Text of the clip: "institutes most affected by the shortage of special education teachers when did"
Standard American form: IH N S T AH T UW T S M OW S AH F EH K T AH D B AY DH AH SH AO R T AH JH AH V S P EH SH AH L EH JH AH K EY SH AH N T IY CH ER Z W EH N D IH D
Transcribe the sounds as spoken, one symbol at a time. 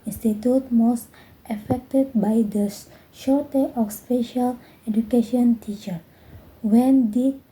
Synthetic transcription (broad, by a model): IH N S T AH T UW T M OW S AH F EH K T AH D B AY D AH SH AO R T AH AH F S P EH SH AH L EH JH AH K EY SH AH N T IY CH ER W EH N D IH